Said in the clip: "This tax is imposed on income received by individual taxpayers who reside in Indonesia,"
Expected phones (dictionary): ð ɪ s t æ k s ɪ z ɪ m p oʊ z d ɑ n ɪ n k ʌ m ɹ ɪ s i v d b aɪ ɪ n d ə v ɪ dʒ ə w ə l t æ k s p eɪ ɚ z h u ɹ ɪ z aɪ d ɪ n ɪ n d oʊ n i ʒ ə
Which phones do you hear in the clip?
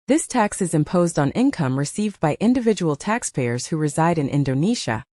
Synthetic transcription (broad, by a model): ð ɪ s t æ k s ɪ z ɪ m p oʊ z d n ɪ n k ʌ m ɹ ɪ s i v d b aɪ ɪ n d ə v ɪ dʒ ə w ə l t æ k s p eɪ ɚ z h u ɹ ɪ z aɪ d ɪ n ɪ n d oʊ n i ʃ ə